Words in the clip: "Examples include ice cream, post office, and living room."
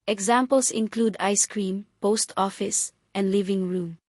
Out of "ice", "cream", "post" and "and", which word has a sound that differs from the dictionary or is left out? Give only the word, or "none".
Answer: none